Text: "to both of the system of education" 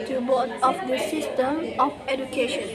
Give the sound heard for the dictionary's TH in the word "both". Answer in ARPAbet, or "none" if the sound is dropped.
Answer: T